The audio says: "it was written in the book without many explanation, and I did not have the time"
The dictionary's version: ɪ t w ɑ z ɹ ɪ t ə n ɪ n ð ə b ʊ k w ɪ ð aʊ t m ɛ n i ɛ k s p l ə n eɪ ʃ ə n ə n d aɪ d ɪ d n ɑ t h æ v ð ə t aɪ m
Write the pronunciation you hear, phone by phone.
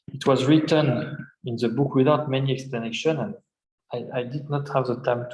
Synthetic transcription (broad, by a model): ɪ t w ɑ z ɹ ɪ t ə n ɪ n ð ə b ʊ k w ɪ ð aʊ t m ɛ n i ɛ k s p l ə n eɪ ʃ ə n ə n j aɪ d ɪ d n ɑ t h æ v ð ə t aɪ m